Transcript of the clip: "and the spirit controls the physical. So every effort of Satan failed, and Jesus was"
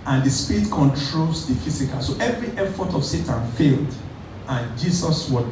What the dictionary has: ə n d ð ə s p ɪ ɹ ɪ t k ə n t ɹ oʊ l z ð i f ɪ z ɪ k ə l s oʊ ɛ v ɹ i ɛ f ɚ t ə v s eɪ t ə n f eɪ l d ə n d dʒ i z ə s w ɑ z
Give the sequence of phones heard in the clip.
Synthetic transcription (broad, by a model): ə n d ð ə s p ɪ ɹ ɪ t k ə n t ɹ oʊ l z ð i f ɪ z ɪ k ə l s oʊ ɛ v ɹ i ɛ f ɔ t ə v s eɪ t ə n f eɪ l d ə n dʒ i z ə s w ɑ